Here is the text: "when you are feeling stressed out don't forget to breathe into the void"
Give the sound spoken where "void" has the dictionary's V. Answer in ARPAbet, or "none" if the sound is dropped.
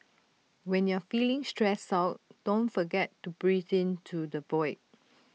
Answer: B